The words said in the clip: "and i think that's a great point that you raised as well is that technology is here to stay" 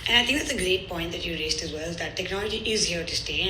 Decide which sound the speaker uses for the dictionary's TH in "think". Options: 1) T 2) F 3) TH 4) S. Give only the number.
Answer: 1